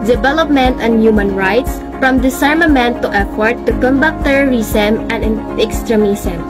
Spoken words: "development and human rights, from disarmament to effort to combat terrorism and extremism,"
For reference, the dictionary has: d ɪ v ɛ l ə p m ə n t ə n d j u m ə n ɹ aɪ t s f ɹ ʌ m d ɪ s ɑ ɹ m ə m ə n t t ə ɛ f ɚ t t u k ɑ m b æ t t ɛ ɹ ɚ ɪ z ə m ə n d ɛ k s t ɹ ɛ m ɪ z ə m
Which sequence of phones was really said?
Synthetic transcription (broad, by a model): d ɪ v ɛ l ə p m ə n t ə n d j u m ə n ɹ aɪ t s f ɹ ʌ m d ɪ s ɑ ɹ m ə m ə n t t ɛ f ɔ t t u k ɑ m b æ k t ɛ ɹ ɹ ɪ s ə m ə n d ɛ k s t ɹ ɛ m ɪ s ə m